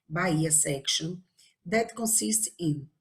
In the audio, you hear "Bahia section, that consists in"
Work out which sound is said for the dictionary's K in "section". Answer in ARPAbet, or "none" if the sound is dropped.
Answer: K